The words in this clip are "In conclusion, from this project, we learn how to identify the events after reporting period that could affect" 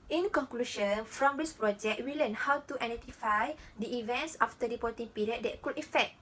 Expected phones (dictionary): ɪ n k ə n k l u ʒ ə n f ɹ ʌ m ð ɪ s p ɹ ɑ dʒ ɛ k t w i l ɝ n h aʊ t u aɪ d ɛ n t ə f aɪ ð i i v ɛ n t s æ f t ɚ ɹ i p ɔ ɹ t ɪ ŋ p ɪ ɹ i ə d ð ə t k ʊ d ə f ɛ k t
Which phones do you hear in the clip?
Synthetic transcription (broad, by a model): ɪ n k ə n k l u ʃ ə n f ɹ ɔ m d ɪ s p ɹ ɑ dʒ ɛ k t w i l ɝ n h aʊ t u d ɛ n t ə f aɪ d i i v ɛ n t s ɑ f t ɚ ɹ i p ɔ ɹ t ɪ ŋ p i ɹ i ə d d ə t k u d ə f ɛ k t